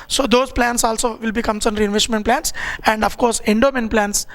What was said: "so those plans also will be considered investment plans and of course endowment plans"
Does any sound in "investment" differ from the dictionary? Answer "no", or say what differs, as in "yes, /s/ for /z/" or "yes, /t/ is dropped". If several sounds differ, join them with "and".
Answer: no